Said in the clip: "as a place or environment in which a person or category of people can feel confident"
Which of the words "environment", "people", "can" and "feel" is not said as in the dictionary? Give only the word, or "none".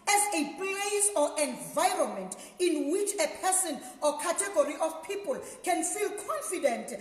none